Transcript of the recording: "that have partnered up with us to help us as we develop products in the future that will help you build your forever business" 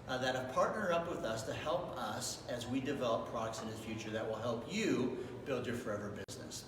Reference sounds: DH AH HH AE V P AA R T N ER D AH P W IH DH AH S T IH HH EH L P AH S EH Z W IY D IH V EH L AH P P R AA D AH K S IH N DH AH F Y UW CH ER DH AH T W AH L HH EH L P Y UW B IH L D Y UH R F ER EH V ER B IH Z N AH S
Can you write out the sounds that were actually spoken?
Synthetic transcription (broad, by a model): DH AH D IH P AA R T N ER AH P W IH DH AH S T IH HH EH L P AH S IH Z W IY D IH V EH L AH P P R AA D AH K S IH N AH F Y UW CH ER DH AH T W AH L HH EH L P Y UW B IH L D Y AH R F ER EH V ER B IH Z N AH S